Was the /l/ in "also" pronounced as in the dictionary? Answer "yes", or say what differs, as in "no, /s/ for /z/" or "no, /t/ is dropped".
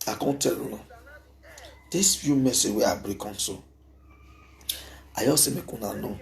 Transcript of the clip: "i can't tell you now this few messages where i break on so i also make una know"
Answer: no, /l/ is dropped